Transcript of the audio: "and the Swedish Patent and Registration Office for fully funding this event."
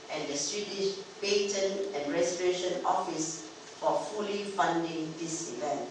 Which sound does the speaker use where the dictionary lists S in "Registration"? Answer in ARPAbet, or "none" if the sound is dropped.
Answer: none